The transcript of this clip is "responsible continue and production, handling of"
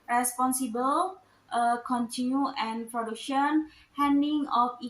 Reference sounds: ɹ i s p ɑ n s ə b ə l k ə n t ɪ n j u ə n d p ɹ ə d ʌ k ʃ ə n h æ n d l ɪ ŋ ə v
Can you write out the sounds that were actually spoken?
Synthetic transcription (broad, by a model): ɹ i s p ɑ n s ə b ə l k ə n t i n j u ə n p ɹ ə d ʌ k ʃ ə n h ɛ n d ɪ ŋ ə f